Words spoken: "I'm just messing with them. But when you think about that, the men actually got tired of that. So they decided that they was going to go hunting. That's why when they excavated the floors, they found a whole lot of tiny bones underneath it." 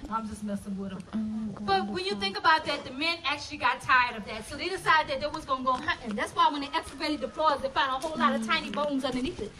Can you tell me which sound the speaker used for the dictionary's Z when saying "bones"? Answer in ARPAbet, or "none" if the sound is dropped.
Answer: Z